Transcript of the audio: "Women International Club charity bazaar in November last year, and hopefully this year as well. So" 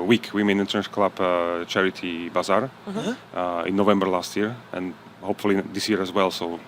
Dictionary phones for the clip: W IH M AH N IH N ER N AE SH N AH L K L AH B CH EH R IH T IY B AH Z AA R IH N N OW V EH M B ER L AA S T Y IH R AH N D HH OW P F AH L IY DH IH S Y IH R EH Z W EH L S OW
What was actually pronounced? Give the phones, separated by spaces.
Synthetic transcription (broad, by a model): W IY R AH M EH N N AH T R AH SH K L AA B CH EH R IH T IY B AH Z AA R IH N N OW V EH M B ER L AA S T Y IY R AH N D HH OW P F AH L IY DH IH S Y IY R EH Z W EH L S OW